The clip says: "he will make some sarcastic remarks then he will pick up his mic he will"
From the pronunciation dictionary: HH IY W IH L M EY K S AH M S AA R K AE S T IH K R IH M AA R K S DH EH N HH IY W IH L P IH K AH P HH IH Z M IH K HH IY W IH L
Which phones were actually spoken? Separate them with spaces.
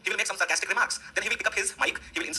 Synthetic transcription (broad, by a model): HH IY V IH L M EY K S AH M S AA R K AE S T IH K R IH M AA R K S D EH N HH IY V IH L P IH K AH P HH IH Z M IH K HH IY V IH L